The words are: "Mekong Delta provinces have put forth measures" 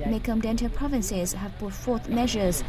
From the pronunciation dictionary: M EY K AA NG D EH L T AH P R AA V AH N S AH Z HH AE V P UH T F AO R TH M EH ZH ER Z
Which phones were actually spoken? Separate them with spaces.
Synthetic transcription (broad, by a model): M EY K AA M D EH N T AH P R AA V AH N S AH Z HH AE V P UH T F AO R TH M EH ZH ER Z